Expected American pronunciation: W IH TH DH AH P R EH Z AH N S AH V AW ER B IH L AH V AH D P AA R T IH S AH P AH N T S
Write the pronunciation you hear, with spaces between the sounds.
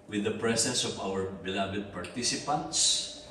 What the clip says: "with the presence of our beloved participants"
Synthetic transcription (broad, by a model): W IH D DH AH P R EH S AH N S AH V AW ER B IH L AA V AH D P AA R T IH S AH P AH N T S